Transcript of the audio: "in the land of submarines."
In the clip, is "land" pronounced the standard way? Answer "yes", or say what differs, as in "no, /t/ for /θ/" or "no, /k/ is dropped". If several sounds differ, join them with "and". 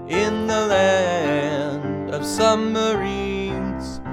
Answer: yes